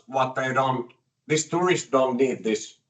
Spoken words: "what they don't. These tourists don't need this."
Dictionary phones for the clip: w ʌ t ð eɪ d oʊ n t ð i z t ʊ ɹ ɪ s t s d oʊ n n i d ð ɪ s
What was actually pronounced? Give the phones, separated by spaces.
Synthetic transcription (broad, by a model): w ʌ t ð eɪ d oʊ n t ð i s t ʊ ɹ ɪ s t d oʊ n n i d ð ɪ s